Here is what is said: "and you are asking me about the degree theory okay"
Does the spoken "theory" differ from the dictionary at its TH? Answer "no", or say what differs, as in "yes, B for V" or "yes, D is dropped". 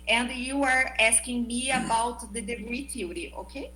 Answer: yes, T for TH